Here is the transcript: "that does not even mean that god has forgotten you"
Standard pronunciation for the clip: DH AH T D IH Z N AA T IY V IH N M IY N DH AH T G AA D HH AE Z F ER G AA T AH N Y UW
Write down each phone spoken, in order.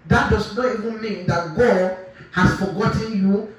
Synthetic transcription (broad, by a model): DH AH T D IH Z N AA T IY V IH N M IY N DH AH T G AA D HH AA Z F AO G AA T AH N Y UW